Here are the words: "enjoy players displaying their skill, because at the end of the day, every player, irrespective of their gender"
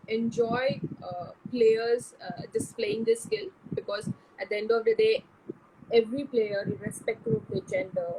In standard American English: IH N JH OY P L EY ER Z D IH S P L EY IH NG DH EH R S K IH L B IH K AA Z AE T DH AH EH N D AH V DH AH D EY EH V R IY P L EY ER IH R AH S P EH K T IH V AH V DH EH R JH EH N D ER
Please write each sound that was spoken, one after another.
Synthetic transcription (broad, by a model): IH N JH OY P L EY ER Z D IH S P L EY IH NG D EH S K IH L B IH K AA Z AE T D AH EH N D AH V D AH D EY EH V R IY P L EY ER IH R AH S P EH K T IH P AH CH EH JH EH N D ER